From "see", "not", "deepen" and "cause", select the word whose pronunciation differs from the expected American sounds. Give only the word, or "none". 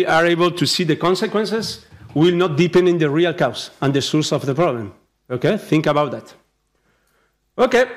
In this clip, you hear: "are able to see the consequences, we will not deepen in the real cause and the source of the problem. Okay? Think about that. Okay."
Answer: cause